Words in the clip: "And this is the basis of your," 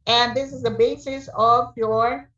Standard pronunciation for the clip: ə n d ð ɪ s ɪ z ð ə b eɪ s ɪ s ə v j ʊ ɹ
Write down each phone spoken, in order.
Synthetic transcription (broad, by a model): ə n ð ɪ s ɪ z ð ə b eɪ s ɪ s ə v j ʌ ɹ